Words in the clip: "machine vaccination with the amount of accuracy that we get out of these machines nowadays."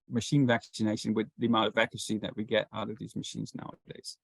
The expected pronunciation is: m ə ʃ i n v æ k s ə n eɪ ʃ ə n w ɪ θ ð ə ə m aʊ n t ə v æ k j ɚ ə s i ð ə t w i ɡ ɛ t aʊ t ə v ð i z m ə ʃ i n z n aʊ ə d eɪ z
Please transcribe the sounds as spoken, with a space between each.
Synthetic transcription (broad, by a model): m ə ʃ i n v æ k s ə n eɪ ʃ ə n w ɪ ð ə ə m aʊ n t ə v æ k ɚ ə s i ð ə t w i ɡ ɛ t aʊ t ə v ð i z m ə ʃ i n z n aʊ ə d eɪ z